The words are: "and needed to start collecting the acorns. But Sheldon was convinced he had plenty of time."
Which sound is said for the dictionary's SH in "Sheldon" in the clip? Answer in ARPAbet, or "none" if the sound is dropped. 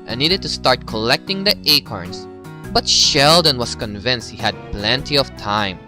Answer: SH